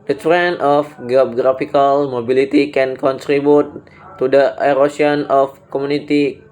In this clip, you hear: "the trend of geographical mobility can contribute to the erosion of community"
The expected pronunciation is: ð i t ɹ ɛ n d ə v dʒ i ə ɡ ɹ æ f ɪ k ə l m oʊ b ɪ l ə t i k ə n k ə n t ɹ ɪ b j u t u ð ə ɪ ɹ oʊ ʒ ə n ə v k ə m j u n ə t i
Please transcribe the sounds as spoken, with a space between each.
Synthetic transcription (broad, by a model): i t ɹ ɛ n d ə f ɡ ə ɡ ɹ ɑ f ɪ k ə l m oʊ b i l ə t i k ə n k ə n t ɹ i b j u t u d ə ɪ ɹ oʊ s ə n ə f k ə m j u n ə t i